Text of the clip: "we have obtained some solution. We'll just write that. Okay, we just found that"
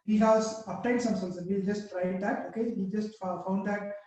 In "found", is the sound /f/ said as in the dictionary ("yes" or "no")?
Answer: yes